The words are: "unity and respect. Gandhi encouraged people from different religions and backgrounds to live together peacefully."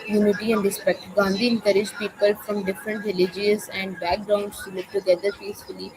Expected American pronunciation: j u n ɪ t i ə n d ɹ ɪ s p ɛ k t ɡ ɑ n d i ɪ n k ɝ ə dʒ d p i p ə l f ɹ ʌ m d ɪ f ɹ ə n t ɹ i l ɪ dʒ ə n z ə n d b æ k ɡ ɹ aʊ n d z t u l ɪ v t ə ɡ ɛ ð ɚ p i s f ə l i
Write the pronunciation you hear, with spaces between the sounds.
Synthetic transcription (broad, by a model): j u n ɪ t i ə n d ɹ ɪ s p ɛ k t ɡ ɑ n d i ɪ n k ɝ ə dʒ p i p ə l f ɹ ʌ m d ɪ f ɹ ə n t ɹ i l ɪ dʒ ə z ə n d b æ k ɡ ɹ aʊ n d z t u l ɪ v t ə ɡ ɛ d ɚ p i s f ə l i